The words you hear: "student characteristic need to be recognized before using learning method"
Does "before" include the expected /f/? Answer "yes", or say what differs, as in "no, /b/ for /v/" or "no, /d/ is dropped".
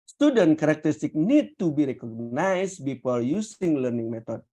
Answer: no, /p/ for /f/